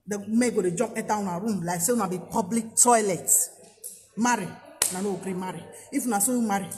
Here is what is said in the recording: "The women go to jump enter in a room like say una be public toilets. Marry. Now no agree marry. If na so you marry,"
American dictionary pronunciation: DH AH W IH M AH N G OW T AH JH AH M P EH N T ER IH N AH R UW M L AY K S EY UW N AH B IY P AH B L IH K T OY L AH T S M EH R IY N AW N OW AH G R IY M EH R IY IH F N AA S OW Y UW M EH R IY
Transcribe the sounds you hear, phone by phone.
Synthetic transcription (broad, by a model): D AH M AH G OW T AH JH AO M EH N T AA IH N AH R UW M L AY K S EY UW N AH B IY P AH B L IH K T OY L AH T M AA R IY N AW N OW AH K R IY M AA R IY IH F N AA S OW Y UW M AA R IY